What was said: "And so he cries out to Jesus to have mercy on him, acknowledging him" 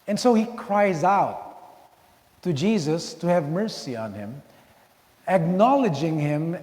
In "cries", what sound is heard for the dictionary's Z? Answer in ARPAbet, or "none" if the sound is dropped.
Z